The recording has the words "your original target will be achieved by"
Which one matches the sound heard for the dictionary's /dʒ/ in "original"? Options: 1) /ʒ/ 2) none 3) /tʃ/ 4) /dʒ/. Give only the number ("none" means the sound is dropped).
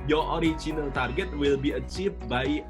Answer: 3